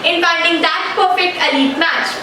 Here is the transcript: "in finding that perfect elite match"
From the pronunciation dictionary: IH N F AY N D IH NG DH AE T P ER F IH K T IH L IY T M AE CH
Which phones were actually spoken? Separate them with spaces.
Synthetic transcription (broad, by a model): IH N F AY L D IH NG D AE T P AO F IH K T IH L IY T M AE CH